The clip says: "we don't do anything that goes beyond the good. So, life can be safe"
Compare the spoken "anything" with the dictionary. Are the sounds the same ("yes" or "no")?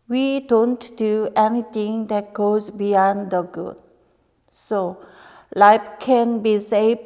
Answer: no